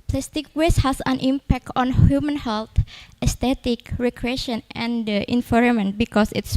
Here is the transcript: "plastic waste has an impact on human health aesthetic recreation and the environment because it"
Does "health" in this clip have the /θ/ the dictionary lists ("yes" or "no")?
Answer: no